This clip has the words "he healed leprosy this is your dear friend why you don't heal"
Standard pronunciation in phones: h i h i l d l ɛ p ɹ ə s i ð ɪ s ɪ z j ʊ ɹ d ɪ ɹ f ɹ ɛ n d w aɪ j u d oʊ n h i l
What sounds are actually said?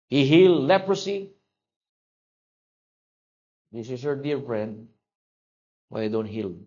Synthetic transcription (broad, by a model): h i h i l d l ɛ p ɹ ə s i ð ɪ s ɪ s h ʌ ɹ d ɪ ɹ f ɹ ɛ n d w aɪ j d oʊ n h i l